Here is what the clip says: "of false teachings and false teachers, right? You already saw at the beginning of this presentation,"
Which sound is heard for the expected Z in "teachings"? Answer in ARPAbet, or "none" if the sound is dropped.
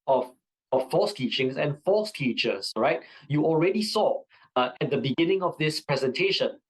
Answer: S